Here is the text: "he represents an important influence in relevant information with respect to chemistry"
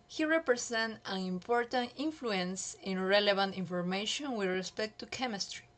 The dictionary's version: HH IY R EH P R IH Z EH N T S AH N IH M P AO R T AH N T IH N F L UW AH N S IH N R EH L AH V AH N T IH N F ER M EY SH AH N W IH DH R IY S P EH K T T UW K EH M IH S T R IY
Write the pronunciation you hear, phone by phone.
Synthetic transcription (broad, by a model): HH IY R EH P R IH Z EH N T AH N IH M P AO R T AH N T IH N F L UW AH N S IH N R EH L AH B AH N T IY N F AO M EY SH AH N W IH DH R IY S P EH K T T UW K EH M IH S T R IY